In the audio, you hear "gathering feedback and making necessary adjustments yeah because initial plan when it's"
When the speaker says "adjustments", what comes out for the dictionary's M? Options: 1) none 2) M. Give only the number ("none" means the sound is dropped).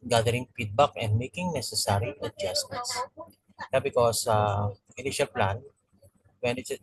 1